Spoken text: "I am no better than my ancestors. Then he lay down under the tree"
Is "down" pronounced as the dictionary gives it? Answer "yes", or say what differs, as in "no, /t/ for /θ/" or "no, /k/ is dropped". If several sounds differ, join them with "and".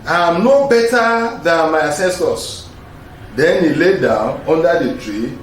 yes